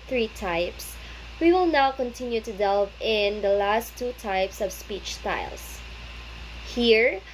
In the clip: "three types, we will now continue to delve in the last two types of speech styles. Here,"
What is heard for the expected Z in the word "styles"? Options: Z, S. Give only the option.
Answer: S